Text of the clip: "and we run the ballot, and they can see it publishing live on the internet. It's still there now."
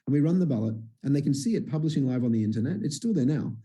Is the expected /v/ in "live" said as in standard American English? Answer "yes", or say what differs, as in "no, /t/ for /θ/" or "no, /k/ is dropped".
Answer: yes